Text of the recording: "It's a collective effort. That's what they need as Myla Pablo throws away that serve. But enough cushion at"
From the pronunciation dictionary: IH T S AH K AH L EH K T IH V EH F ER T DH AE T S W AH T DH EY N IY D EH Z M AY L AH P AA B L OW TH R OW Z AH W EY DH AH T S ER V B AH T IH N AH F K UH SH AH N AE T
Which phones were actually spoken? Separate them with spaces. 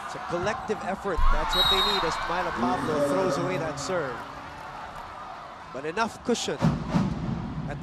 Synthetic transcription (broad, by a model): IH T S AH K AH L EH K T IH V EH F ER T DH AE T S W AH T DH EY N IY D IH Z M AY L AH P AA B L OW TH R OW Z AH W EY DH AH T S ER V B AH T IH N AH F K UH SH AH N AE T